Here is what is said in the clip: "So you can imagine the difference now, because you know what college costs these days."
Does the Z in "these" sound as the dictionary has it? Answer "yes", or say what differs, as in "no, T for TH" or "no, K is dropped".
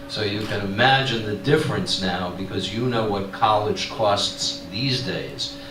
yes